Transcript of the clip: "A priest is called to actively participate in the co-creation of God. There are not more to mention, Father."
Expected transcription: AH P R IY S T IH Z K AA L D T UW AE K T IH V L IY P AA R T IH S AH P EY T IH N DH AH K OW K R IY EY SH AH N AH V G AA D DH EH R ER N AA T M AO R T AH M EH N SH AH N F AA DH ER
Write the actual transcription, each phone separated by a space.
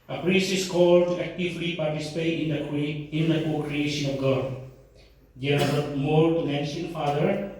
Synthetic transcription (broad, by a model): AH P R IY S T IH S K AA L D T UW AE K T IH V L IY P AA R T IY S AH P EY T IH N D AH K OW K R IY EY SH AH N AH F G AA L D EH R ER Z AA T M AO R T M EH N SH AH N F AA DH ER